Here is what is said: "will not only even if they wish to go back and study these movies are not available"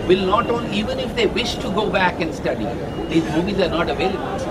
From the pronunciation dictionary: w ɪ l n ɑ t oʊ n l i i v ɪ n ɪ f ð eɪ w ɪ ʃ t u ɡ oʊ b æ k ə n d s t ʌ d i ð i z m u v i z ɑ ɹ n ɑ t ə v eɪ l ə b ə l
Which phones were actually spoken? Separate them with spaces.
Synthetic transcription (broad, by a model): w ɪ l n ɑ t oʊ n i i v ɪ n ɪ f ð eɪ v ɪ ʃ t u ɡ oʊ b æ k ə n d s t ʌ d i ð i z m u v i z ɑ ɹ n ɑ t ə v eɪ l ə b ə l